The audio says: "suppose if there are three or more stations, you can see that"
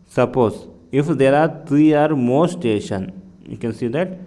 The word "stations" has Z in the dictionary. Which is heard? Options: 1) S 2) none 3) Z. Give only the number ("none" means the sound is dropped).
2